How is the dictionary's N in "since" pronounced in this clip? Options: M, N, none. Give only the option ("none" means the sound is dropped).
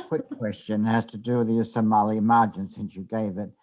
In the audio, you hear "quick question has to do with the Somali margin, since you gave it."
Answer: N